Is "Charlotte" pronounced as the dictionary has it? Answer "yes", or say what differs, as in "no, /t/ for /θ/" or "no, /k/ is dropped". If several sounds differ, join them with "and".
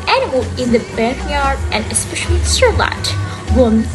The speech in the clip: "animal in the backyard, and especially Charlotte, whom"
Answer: no, /s/ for /ʃ/